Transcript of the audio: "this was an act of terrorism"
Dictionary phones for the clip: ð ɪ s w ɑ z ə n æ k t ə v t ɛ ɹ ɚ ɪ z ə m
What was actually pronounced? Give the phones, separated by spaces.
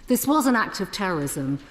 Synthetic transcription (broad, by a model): ð ɪ s w ɑ z ə n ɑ k t ə v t ɛ ɹ ɚ ɪ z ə m